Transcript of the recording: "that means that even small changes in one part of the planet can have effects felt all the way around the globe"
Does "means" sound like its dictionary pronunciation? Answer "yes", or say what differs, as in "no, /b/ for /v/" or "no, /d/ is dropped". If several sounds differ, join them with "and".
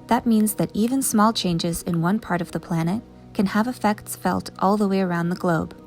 yes